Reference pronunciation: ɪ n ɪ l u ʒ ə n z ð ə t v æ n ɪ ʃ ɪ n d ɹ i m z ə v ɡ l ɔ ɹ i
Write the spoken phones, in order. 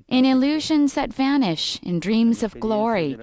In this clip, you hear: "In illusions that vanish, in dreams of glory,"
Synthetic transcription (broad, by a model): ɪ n ɪ l u ʒ ə n z ð ə t v æ n ɪ ʃ ɪ n d ɹ i m z ə v ɡ l ɔ ɹ i